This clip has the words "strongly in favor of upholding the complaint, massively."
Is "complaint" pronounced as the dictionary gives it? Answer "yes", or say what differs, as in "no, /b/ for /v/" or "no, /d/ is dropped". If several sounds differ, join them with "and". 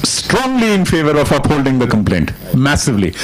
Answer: yes